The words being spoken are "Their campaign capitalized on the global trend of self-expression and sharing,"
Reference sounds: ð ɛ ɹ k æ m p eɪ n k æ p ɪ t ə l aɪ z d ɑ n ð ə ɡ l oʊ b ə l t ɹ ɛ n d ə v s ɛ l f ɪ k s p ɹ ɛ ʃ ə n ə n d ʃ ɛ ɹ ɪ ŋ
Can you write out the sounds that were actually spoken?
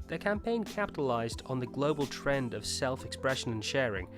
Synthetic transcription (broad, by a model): ð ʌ ɹ k æ m p eɪ n k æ p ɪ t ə l aɪ z d n ð ə ɡ l oʊ b ə l t ɹ ɛ n d ə v s ɛ l f ɪ k s p ɹ ɛ ʃ ə n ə n ʃ ɛ ɹ ɪ ŋ